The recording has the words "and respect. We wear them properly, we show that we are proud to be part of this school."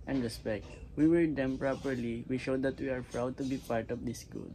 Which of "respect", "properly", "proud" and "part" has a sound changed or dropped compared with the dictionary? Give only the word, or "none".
none